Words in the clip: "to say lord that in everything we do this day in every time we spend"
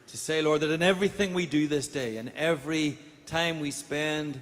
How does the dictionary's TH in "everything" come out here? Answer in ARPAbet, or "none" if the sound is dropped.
TH